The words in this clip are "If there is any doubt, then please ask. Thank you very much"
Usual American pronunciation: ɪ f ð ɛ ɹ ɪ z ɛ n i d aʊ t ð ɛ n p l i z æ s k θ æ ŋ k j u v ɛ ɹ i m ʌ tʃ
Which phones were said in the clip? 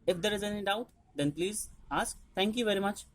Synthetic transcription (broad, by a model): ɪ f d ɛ ɹ ɪ z ɛ n i d aʊ t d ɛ n p l i z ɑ s k t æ ŋ k j u v ɛ ɹ i m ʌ tʃ